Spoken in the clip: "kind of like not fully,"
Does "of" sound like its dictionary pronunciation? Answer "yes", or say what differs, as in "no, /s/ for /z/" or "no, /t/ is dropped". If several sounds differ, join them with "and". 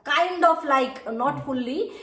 no, /p/ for /v/